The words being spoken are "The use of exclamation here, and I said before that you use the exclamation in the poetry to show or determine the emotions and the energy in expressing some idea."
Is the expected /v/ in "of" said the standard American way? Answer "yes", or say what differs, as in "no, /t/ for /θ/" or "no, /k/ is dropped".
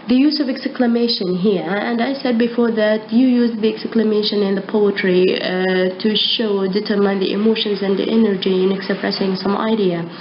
yes